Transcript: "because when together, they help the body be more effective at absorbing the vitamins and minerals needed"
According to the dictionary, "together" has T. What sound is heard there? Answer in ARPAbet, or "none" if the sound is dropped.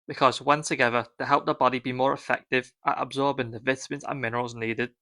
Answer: S